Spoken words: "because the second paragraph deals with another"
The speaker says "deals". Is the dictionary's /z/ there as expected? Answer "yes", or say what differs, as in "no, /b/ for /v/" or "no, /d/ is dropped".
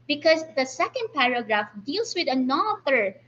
no, /s/ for /z/